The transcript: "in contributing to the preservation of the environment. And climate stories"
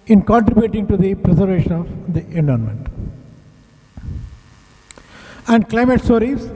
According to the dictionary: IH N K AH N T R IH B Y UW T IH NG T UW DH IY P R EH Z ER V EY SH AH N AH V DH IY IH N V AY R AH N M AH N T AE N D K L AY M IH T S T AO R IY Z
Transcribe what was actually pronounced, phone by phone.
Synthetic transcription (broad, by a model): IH N K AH N T R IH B Y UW T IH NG T UW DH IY P R EH Z ER V EY SH AH N AH V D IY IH N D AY AH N M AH N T AE N D K L AY M IH T S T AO R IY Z